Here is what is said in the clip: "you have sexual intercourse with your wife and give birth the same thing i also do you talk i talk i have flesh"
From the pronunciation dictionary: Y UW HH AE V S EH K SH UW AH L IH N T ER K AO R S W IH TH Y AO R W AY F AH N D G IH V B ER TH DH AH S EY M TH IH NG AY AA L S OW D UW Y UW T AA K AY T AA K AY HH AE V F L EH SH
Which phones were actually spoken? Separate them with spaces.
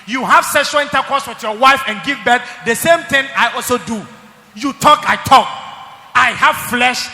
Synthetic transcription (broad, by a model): Y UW HH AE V S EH SH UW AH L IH N T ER K AO S W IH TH Y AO W AY F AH N G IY V B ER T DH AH S EY M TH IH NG AY AA L S OW D UW Y UW T AA K AY T AA K AY HH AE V F L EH SH